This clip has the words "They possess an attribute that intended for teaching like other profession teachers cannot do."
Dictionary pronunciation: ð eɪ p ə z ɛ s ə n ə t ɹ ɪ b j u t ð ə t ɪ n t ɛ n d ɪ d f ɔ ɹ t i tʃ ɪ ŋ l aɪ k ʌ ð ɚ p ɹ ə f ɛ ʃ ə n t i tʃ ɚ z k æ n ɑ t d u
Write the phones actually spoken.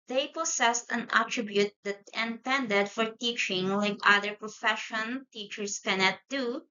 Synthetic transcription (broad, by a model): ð eɪ p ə s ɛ s ə n ə t ɹ ɪ b j u t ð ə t ɪ n t ɛ n d ɪ d f ɔ ɹ t i tʃ ɪ ŋ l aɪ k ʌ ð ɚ p ɹ ə f ɛ ʃ ə n t i tʃ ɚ s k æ n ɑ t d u